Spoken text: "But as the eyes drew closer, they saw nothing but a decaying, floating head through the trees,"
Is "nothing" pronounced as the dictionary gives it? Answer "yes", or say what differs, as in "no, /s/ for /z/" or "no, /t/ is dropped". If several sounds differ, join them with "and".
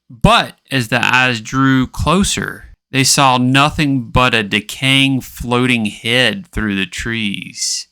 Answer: yes